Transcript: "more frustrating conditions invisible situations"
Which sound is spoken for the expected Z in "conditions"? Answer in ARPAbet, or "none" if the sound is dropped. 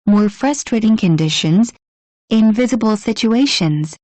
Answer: Z